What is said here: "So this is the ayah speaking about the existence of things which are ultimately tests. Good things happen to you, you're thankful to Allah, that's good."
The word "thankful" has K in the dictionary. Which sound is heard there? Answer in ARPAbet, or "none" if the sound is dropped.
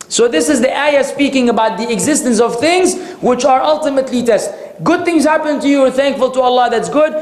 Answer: K